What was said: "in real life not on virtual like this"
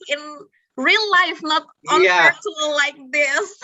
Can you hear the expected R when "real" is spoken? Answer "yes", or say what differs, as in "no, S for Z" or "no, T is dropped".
yes